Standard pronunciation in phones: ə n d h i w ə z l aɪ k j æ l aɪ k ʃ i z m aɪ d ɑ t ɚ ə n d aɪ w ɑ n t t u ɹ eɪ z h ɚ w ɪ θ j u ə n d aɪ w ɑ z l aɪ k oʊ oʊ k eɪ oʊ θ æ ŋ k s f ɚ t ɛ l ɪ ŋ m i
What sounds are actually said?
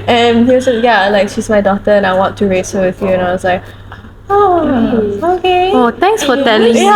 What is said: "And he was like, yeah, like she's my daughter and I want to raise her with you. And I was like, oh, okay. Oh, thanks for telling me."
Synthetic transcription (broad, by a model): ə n h i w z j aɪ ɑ l aɪ k ʃ i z m aɪ d ɑ t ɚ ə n aɪ w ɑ n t t u ɹ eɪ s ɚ w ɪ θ j u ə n aɪ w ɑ s l aɪ k oʊ oʊ k eɪ oʊ t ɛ ŋ k s f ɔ t ɛ l ɪ ŋ